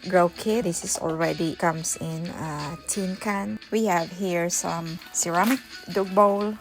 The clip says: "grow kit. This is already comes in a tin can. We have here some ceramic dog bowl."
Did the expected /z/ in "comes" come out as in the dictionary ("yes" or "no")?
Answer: no